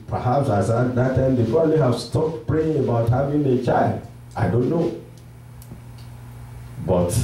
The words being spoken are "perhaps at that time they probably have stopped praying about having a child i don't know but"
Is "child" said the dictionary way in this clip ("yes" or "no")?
yes